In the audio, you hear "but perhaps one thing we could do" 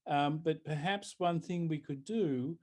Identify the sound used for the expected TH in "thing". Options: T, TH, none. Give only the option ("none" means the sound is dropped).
TH